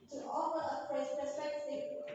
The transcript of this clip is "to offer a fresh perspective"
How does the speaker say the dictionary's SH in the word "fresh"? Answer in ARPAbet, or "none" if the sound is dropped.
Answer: S